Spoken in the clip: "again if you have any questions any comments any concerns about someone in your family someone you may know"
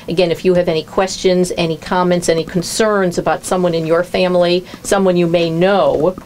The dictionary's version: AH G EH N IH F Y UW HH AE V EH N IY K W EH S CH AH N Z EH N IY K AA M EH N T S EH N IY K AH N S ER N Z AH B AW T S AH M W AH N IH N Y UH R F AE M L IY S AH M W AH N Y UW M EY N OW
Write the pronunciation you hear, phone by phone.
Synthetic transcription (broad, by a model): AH G EH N IH F Y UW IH V EH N IY K W EH S CH AH N Z EH N IY K AA M EH N T S EH N IY K N S ER N Z AH B AW T S AH M W AH N IH N Y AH R F AE M L IY S AH M W AH N Y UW M EY N OW